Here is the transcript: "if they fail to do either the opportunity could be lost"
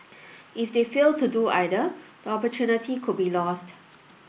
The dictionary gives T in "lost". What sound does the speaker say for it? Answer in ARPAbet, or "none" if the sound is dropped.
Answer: T